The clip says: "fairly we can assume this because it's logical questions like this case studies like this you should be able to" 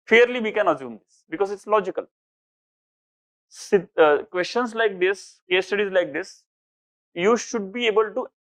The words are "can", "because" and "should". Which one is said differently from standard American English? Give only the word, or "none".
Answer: none